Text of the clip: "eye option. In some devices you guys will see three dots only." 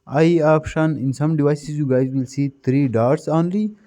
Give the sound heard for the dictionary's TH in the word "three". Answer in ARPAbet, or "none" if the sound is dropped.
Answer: T